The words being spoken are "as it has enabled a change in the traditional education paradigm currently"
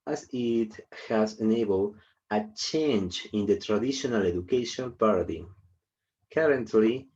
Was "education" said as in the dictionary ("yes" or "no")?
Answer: no